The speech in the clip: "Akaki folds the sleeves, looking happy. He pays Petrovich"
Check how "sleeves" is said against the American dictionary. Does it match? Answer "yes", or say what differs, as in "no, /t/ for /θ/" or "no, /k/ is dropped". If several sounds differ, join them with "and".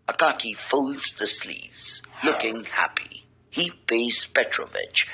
yes